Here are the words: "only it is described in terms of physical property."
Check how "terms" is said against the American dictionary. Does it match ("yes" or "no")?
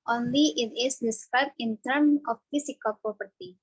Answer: no